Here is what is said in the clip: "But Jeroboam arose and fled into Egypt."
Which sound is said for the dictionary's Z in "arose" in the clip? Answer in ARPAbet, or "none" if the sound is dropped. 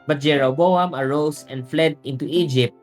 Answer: S